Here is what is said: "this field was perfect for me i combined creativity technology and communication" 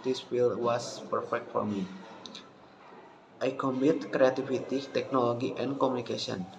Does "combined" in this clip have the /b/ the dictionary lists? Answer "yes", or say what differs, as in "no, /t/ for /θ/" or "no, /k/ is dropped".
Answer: no, /b/ is dropped